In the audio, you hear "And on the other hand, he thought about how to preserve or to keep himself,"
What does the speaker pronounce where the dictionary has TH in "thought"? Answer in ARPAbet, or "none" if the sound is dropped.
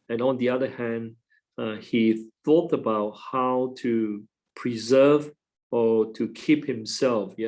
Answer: TH